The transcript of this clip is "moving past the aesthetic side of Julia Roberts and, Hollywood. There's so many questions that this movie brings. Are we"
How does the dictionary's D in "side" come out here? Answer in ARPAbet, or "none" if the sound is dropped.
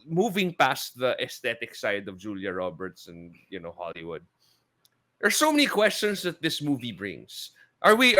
D